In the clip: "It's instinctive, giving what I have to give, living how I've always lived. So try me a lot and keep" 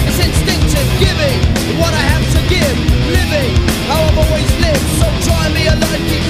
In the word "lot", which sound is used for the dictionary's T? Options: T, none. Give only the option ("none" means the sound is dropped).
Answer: none